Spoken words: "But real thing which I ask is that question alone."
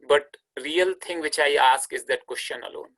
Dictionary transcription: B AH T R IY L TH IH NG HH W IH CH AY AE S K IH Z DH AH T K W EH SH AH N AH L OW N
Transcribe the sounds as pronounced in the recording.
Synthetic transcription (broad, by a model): B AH T R IY L T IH NG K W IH CH AY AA S K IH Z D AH T K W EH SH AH N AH L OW N